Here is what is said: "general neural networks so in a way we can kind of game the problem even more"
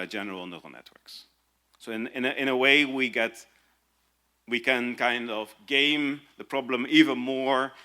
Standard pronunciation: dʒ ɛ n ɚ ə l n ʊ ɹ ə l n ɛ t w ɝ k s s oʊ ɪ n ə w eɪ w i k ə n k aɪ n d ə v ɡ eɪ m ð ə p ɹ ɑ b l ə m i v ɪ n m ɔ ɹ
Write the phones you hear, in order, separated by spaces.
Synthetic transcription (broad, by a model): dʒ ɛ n ɚ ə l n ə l n ɛ t w ɝ k s s oʊ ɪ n ə w eɪ w i k ə n k aɪ n d ə v ɡ eɪ m ð ə p ɹ ɑ b l ə m i v ɪ n m ɔ ɹ